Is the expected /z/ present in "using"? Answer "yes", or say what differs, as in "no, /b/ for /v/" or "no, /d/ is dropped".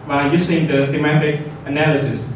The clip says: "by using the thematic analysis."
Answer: no, /s/ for /z/